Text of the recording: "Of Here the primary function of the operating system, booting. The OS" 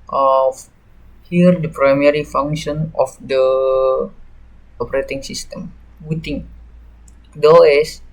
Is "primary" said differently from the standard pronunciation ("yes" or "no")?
no